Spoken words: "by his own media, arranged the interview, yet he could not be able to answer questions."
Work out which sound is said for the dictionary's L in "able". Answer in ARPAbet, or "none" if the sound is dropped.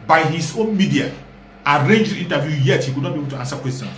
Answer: N